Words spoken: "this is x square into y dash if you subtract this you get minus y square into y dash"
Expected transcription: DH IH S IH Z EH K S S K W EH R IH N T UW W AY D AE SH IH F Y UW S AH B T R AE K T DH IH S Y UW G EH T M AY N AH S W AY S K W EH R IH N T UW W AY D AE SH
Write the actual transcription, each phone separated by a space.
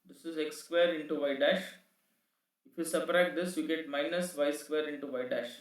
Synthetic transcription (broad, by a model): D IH S IH Z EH K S S K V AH R IH N T UW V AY D AE SH IH F Y UW S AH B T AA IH T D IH S Y UW G EH T M AY N AH S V AY S K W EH R IH N T UW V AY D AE SH